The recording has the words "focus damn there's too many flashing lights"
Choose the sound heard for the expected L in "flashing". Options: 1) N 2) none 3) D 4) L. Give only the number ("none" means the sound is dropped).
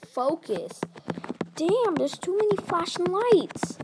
2